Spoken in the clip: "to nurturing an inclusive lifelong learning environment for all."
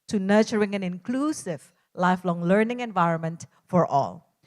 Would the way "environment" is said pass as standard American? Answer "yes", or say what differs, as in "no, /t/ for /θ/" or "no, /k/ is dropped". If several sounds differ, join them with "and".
yes